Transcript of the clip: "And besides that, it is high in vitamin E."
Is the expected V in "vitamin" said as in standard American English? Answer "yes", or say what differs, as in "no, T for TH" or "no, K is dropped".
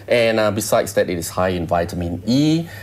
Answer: yes